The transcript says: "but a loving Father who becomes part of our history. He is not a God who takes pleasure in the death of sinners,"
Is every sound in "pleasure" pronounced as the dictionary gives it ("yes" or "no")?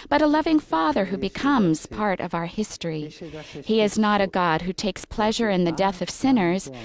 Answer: yes